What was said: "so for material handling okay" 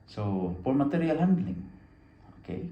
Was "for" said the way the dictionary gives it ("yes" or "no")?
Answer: no